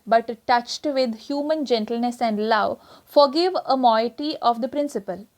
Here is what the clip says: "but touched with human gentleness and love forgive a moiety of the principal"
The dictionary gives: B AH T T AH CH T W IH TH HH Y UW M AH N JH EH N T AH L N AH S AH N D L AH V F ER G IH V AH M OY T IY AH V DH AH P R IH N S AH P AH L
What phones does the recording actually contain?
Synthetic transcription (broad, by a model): B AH T T AH CH T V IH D HH Y UW M AH N JH EH N T AH L N AH S AH N D L AH V F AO G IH V AH M OY T IY AH V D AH P R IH N S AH P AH L